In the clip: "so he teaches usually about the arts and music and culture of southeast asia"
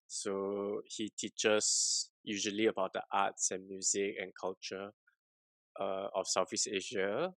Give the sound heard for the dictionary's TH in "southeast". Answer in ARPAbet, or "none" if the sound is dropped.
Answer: F